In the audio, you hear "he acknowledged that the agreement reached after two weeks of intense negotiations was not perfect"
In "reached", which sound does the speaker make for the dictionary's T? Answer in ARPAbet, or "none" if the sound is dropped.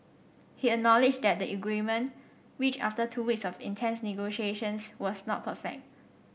none